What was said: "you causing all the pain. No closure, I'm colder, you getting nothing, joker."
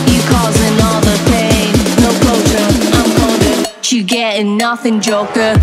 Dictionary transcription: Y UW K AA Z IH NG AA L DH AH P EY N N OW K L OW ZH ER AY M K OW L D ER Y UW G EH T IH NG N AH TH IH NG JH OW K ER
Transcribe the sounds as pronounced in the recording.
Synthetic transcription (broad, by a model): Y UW K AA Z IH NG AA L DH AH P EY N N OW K OW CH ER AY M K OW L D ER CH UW G EH T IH N AH TH IH NG JH OW K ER